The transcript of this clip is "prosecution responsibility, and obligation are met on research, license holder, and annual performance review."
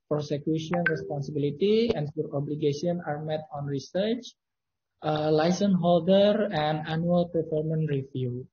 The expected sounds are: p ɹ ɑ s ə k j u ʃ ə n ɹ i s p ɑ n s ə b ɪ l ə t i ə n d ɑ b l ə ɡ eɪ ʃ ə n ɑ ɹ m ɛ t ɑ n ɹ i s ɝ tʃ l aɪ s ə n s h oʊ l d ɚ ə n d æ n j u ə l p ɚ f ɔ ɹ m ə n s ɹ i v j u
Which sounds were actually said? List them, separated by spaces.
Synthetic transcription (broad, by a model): p ɹ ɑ s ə k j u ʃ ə n ɹ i s p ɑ n s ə b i l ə t i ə n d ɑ b l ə ɡ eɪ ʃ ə n ɑ ɹ m ɛ t ɑ n ɹ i s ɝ tʃ l aɪ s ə n h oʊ l d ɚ ə n d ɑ n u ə l p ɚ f ɔ ɹ m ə n ɹ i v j u